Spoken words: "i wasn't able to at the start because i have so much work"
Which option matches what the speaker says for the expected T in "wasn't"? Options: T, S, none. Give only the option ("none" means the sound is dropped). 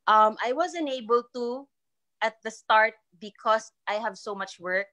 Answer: none